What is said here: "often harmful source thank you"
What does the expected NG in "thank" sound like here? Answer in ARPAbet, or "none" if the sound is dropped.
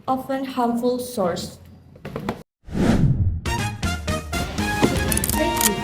none